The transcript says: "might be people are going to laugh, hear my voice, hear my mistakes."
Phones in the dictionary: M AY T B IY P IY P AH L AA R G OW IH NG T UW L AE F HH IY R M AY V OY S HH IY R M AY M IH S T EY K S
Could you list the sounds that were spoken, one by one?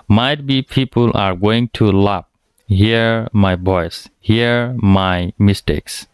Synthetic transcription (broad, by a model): M AY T B IY P IY P AH L AA R G OW IH NG T UW L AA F HH IY R M AY B OY S HH IY R M AY M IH S T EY K S